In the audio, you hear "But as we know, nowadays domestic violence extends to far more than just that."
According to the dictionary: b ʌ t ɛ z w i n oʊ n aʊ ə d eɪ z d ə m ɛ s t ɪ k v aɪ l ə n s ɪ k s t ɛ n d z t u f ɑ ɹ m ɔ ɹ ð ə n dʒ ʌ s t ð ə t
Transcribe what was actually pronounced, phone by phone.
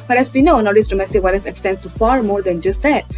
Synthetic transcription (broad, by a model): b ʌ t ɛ s w i n oʊ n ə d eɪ s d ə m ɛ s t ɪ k w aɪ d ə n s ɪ k s t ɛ n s t u f ɑ ɹ m ɔ ɹ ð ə n dʒ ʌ s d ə t